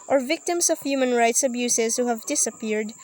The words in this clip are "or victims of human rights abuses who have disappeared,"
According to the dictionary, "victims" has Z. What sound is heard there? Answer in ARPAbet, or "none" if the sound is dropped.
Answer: S